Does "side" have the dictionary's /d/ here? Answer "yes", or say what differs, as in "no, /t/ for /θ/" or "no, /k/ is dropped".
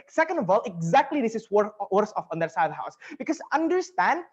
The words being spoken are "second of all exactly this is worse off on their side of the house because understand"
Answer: no, /d/ is dropped